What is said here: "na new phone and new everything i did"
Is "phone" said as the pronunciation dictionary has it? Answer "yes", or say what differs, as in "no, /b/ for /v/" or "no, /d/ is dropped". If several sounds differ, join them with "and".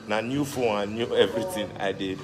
no, /n/ is dropped